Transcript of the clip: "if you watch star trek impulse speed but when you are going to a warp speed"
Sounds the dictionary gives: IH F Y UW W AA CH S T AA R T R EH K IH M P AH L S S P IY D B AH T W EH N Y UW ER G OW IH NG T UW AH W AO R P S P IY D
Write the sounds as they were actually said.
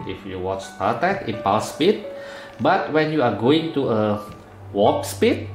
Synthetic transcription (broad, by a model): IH F Y UW W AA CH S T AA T EH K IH P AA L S S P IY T B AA T W EH N Y UW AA G OW IH NG T UW AH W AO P S P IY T